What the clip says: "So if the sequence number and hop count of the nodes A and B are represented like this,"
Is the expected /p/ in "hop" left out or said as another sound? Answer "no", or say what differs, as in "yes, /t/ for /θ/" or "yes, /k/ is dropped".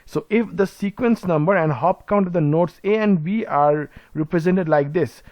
no